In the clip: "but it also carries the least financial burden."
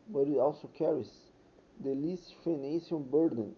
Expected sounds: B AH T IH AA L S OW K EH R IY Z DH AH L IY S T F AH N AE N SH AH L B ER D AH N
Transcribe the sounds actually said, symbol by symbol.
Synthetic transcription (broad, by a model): B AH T IH AA L S OW K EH R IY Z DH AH L IY S T F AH N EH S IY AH N B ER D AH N